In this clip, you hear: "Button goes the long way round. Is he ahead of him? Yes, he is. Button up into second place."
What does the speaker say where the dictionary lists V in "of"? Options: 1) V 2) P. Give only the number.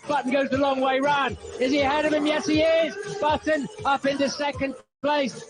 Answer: 1